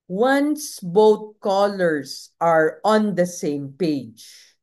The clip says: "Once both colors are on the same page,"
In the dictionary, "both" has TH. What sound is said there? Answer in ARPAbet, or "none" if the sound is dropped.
T